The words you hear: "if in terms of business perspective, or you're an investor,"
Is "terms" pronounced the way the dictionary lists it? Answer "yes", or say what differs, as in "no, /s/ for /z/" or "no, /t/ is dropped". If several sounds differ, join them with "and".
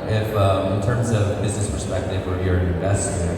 yes